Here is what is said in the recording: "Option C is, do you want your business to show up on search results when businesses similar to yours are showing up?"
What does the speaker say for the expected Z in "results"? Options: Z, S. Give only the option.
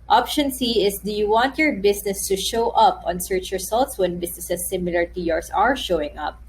S